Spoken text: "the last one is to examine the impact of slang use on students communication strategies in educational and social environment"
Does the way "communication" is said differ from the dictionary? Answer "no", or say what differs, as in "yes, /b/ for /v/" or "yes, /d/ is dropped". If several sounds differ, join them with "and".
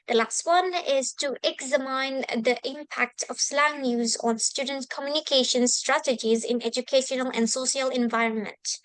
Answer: no